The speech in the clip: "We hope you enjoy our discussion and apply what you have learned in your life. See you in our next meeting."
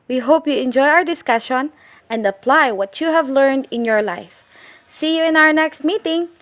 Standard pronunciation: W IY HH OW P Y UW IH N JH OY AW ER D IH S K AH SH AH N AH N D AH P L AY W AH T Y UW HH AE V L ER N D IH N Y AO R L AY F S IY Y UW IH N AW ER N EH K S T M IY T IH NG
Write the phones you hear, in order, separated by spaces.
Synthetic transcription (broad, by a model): W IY HH OW P Y UW IH N JH OY AW ER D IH S K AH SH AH N AH N D AH P L AY W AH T Y UW HH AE V L ER N D IH N Y AO R L AY F S IY Y UW IH N AW ER N EH K S T M IY T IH NG